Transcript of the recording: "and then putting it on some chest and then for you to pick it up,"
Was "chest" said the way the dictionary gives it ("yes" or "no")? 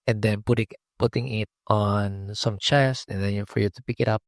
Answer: no